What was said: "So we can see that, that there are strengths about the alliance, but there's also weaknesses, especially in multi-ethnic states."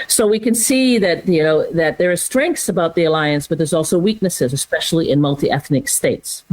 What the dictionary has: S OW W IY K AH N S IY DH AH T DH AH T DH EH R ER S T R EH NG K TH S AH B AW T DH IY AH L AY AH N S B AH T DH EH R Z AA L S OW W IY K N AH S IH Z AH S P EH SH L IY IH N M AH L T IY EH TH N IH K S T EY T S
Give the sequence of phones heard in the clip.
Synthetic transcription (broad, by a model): S OW W IY K AH N S IY DH AH T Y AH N DH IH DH ER S T R EH NG K TH S AH B AW T DH IY AH L AY AH N S B AH T DH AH R Z AA L S OW W IY K N AH S IH Z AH S P EH SH L IY IH N M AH L T IY EH TH N IH K S T EY T S